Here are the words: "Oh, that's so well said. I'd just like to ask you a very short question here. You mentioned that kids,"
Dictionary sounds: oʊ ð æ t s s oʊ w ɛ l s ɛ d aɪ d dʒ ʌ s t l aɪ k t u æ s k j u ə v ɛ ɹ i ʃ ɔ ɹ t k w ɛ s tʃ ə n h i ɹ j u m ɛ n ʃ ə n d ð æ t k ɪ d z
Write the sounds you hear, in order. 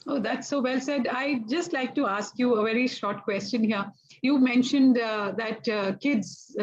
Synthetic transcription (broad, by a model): oʊ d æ t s s oʊ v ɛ l s ɛ d aɪ dʒ ʌ s t l aɪ k t u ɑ s k j u ə v ɛ ɹ i ʃ ɔ ɹ t k w ɛ s tʃ ə n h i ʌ j u m ɛ n ʃ ə n d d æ t k ɪ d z